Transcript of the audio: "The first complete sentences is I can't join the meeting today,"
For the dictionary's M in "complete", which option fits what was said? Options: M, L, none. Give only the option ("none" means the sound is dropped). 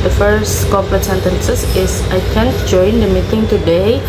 none